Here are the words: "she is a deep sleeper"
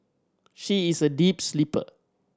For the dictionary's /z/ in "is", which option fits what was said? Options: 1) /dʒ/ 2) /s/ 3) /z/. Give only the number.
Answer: 2